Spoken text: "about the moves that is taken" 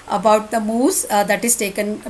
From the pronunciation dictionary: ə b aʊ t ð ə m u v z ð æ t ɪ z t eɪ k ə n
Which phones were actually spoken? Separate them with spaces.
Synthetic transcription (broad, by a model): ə b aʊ t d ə m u z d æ t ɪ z t eɪ k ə n